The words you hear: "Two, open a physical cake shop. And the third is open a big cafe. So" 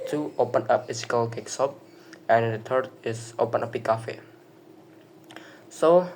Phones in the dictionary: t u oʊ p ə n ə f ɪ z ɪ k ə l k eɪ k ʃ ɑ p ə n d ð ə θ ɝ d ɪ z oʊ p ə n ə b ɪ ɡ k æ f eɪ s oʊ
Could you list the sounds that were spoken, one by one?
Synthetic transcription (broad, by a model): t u oʊ p ə n ə p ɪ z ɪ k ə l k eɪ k s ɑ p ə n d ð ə t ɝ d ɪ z oʊ p ə n ə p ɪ k æ f eɪ s oʊ